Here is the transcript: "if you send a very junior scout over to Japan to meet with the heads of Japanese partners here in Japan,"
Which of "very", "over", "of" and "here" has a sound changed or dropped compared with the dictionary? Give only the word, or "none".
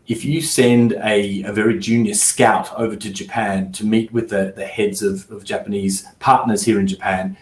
none